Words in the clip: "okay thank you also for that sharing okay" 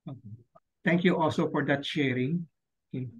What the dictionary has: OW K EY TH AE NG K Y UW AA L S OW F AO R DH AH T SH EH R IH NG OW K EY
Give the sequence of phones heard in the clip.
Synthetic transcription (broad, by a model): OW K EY T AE NG K Y UW AA L S OW F AO R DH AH T SH EH R IH NG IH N